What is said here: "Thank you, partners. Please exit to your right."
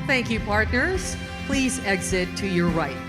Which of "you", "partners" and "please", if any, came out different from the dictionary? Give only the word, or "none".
none